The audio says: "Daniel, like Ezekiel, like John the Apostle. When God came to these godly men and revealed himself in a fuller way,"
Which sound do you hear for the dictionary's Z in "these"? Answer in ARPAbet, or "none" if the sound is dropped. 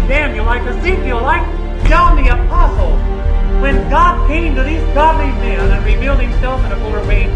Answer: Z